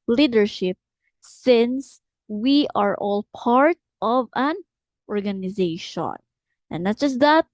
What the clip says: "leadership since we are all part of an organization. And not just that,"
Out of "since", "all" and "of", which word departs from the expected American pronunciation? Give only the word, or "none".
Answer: none